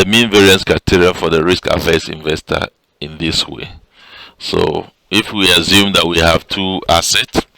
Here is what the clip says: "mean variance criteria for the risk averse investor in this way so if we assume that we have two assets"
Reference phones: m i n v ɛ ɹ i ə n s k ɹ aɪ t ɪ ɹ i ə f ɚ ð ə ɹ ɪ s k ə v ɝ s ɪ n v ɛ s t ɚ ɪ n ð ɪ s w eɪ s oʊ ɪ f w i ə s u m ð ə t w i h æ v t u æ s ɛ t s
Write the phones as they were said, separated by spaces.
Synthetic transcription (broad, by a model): m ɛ n v ɛ ɹ i ə n s k ɹ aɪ t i ɹ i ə f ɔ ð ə ɹ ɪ s k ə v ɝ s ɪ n v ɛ s t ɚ ɪ n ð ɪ s w eɪ s oʊ ɪ f w i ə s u m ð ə t w i h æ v t u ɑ s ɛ t s